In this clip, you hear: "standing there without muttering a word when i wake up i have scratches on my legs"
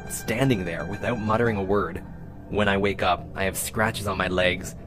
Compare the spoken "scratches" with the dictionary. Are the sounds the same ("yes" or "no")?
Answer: yes